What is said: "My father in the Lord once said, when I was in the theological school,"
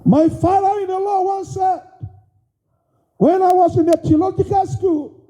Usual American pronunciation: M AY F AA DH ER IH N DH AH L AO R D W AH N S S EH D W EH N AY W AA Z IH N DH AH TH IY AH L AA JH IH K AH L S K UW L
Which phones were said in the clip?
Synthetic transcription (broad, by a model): M AY F AA DH ER IH N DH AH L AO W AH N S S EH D W EH N AY W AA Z IH N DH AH T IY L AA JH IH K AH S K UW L